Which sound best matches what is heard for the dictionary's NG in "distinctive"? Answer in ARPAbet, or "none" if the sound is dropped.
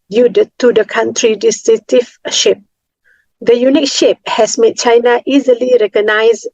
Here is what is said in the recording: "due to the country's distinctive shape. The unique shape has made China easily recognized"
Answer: none